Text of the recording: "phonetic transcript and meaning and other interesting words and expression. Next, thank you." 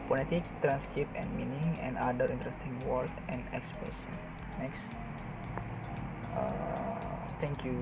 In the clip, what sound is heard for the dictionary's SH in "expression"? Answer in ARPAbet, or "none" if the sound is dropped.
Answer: S